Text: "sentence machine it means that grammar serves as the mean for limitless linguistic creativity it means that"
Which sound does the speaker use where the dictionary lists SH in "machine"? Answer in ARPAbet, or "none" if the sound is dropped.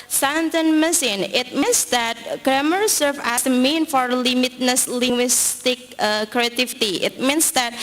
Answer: S